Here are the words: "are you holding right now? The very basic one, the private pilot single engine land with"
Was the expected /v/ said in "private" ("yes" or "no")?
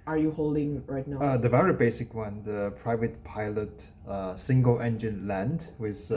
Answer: yes